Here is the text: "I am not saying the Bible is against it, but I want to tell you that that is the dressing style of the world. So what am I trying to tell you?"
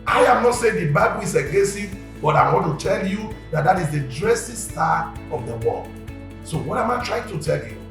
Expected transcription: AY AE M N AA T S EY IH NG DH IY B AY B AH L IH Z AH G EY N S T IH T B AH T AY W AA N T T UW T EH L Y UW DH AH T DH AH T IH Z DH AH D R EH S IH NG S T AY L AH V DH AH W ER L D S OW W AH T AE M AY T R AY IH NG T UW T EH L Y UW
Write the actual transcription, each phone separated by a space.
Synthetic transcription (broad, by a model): AY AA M N AA T S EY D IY B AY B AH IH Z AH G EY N S IH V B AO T AY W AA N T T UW T EH L Y UW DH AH T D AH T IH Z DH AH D R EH S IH S T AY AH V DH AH W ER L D S OW W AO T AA M AY T R AY IH NG T UW T EH L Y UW